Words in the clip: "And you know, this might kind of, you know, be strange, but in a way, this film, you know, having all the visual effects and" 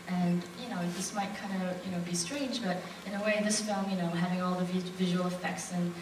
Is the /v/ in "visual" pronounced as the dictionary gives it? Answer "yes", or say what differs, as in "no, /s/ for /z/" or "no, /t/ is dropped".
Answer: yes